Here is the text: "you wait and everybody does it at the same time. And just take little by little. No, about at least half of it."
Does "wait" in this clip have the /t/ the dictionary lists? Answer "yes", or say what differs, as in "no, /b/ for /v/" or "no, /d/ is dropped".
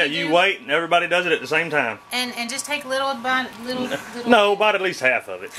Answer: yes